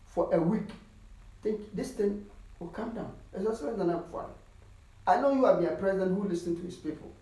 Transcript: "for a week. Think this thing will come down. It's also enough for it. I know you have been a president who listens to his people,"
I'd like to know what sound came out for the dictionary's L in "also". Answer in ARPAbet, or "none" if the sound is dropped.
none